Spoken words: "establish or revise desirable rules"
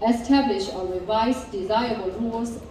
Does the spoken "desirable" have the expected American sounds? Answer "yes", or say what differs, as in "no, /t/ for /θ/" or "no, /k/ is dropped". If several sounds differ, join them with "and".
no, /ɹ/ is dropped